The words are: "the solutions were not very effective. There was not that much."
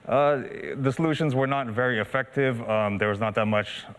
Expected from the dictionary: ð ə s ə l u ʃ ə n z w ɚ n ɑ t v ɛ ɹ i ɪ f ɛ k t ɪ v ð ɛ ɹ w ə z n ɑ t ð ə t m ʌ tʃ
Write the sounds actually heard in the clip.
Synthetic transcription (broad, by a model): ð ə s ə l u ʃ ə n z w ɚ n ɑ t v ɛ ɹ i ɪ f ɛ k t ɪ v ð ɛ ɹ w ə z n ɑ t ð ə t m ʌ tʃ